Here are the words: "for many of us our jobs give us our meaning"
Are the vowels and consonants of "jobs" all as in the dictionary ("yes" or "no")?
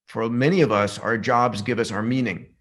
yes